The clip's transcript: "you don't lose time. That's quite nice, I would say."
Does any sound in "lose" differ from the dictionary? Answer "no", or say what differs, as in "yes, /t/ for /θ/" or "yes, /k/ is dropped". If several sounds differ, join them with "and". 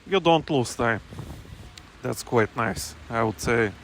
yes, /s/ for /z/